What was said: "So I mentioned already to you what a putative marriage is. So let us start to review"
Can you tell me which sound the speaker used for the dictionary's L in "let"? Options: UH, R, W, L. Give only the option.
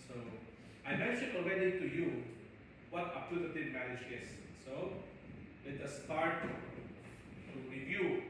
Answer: W